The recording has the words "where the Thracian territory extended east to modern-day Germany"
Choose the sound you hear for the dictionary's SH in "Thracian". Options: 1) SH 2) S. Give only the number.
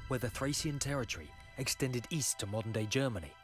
2